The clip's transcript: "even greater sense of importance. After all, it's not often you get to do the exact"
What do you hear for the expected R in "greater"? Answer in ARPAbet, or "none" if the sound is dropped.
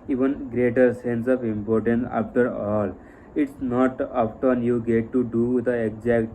R